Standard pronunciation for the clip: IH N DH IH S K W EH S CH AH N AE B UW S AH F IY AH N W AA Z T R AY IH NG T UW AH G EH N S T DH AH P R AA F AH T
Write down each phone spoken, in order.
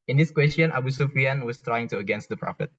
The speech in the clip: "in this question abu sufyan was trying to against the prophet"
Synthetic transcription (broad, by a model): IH N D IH S K W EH S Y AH N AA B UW S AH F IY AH N W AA S T R AY IH NG T UW AH G EH N S T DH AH P R AA F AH T